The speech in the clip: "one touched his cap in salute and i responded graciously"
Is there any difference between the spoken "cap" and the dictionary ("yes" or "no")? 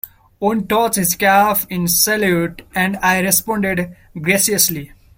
yes